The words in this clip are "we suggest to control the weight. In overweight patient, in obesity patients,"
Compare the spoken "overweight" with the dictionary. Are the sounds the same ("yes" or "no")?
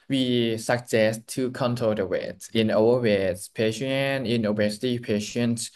no